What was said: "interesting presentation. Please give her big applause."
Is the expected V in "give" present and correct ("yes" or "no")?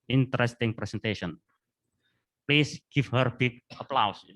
no